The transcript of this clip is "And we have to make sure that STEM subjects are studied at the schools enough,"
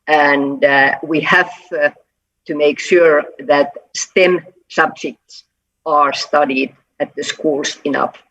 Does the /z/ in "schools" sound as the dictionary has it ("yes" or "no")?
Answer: no